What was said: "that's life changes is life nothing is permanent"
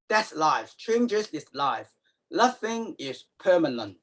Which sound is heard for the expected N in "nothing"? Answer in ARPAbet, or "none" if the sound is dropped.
L